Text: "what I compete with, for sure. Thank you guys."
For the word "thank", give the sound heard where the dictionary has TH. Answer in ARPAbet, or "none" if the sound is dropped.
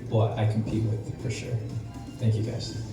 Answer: TH